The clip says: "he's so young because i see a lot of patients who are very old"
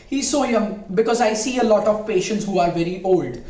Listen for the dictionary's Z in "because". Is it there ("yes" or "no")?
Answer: yes